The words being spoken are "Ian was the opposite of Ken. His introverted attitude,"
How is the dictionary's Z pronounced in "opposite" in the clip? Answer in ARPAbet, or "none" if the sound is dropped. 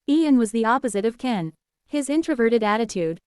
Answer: Z